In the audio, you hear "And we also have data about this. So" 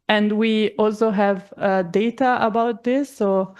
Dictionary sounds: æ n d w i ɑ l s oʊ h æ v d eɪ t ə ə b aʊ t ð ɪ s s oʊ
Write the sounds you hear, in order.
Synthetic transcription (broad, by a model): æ n d w i ɑ l s oʊ h æ v d eɪ t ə ə b aʊ t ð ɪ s s oʊ